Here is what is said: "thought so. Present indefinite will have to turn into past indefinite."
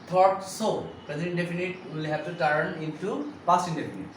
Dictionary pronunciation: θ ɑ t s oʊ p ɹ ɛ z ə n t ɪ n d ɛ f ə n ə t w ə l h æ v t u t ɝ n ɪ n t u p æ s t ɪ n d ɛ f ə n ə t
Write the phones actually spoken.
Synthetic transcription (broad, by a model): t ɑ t s oʊ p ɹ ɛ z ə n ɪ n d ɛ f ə n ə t w ə l h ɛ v t u t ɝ n ɪ n t u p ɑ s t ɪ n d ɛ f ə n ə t